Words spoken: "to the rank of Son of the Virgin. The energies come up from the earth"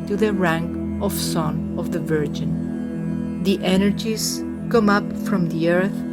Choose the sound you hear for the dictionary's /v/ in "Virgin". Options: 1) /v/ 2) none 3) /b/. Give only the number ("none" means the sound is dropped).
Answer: 1